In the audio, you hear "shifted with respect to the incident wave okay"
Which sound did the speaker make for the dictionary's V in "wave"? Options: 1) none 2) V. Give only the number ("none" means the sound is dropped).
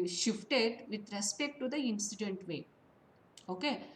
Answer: 1